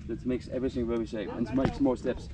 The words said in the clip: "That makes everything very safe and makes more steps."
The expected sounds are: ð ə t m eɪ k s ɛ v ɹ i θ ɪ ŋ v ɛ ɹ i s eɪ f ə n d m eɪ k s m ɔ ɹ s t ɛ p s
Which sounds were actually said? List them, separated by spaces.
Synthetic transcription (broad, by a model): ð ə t m eɪ k s ɛ v ɹ i θ ɪ ŋ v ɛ l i ʃ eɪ p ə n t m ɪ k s m ɔ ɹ s t ɛ p s